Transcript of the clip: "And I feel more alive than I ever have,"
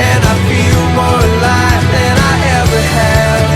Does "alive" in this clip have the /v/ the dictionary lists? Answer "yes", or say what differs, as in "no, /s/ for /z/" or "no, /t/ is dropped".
no, /f/ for /v/